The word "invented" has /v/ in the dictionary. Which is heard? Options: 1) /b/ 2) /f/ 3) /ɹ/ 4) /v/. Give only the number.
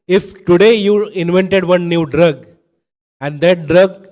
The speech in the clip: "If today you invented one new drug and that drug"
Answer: 4